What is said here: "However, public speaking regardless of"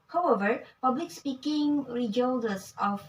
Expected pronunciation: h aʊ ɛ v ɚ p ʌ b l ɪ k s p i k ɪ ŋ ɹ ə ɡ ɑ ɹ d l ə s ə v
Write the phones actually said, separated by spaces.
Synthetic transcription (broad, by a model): h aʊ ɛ v ɚ p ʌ b l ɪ k s p i k ɪ ŋ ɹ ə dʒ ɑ l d ə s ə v